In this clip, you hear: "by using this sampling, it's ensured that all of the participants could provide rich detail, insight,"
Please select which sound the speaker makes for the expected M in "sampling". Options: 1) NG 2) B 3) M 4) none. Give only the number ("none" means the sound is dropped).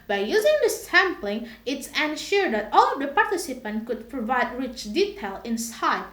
3